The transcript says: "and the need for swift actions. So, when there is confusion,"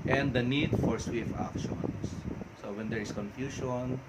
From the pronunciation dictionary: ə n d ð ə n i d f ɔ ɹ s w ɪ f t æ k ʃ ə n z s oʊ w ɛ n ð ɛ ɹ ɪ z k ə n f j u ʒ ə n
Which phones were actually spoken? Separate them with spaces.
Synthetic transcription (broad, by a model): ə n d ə n i d f ɔ ɹ s w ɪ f ɑ k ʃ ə n s oʊ w ɛ n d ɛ ɹ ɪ s k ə n f j u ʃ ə n